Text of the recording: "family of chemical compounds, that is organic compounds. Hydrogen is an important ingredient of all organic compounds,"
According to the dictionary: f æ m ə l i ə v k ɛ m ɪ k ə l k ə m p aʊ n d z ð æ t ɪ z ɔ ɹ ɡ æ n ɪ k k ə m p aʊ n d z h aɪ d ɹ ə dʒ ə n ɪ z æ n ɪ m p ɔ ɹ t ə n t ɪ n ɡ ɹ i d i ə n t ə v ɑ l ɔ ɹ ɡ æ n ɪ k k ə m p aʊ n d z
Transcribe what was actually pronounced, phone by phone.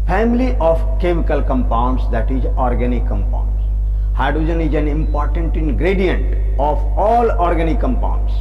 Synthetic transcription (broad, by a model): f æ m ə l i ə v k ɛ m ɪ k ə l k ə m p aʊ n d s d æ t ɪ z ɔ ɹ ɡ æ n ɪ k k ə m p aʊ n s h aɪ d ə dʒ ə n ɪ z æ n ɪ m p ɔ ɹ t ə n t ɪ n ɡ ɹ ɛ d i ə n t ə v ɑ l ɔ ɹ ɡ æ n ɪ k k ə m p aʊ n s